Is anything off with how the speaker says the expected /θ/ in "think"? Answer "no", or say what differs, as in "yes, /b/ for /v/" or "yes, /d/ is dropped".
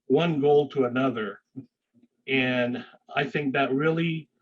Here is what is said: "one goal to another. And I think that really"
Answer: no